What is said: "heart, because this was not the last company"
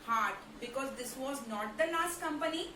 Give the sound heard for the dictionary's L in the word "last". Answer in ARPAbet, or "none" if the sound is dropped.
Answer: N